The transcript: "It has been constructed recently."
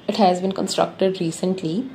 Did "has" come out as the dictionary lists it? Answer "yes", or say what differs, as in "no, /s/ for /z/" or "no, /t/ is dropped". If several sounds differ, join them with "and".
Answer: yes